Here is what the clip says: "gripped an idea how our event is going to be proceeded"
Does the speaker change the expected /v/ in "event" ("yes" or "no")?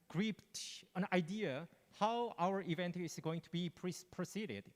no